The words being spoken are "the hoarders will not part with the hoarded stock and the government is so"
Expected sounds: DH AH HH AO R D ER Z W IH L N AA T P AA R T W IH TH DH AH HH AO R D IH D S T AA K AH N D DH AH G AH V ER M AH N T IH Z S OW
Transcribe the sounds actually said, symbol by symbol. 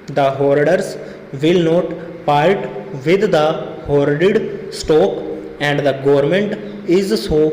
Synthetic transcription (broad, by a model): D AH HH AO R D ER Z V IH L N AA T P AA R T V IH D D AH HH AO R D IH D S T AA K AH N D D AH G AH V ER M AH N T IH Z S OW